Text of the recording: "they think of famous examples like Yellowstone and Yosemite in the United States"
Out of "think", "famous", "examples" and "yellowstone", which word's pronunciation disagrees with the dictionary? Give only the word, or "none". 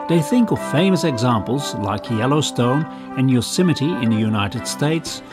none